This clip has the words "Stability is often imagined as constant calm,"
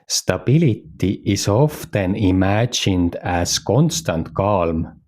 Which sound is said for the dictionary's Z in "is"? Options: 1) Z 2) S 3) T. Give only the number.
2